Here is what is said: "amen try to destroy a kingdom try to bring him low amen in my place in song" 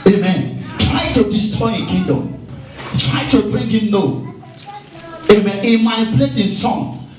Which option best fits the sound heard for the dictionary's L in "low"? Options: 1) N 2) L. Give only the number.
1